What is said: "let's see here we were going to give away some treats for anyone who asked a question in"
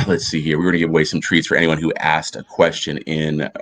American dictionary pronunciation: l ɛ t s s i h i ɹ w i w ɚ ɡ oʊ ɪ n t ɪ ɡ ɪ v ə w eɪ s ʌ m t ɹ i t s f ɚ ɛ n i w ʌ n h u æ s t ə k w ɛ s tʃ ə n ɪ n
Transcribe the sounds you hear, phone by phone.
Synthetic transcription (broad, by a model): l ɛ t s s i h i ɹ w i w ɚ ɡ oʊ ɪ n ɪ ɡ ɪ v ə w eɪ s ʌ m t ɹ i t s f ɚ ɛ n i w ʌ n h u æ s t ə k w ɛ s tʃ ə n ɪ n